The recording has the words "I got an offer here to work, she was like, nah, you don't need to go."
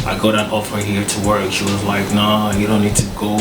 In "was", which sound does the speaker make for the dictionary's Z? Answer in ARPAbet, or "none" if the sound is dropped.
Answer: Z